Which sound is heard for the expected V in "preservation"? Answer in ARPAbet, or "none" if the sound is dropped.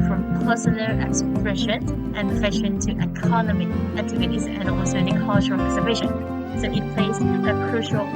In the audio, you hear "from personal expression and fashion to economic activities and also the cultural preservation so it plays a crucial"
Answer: B